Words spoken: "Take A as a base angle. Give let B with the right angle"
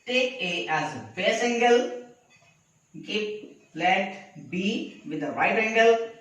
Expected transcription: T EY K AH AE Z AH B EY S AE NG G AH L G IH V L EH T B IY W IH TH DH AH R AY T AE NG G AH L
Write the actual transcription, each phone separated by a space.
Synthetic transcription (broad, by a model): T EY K AH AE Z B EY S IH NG G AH L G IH P L EH T B IY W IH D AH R AY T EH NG G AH L